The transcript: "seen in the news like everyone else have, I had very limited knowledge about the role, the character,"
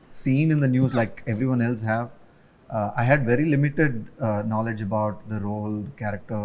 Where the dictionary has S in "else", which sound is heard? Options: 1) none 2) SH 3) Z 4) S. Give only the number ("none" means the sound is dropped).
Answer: 4